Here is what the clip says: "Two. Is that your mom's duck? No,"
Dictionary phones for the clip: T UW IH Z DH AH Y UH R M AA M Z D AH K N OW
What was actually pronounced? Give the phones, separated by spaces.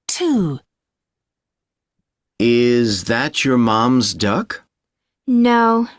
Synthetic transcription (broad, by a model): T UW IH Z DH AH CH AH R M AA M Z D AH K N OW